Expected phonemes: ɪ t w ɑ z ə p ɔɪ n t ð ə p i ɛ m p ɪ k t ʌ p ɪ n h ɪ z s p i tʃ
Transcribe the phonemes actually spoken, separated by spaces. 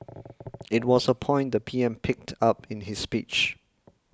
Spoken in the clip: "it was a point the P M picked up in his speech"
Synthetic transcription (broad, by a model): ɪ t w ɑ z ə p ɔɪ n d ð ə p i ɛ m p ɪ k t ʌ p ɪ n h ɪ s p i tʃ